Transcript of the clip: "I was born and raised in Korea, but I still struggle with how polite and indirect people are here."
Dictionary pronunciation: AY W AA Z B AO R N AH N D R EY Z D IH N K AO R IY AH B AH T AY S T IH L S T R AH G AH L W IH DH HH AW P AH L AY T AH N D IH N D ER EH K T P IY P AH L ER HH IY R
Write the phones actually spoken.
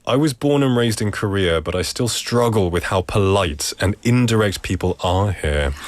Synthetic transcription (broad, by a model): AY W AA Z B AO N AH N R EY Z D IH N K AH R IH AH B AH T AY S T IH L S T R AH G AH L W IH DH HH AW P AH L AY T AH N IH N D ER EH K T P IY P AH L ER HH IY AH